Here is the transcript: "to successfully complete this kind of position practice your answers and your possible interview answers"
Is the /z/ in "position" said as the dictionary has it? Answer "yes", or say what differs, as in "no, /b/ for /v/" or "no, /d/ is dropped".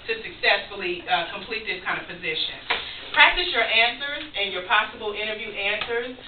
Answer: yes